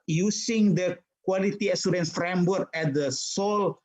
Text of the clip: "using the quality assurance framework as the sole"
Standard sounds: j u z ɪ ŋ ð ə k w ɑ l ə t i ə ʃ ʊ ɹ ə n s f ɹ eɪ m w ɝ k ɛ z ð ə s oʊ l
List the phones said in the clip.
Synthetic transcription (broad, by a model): j u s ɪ ŋ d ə k w ɑ l ə t i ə s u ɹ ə n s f ɹ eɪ m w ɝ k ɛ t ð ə s oʊ l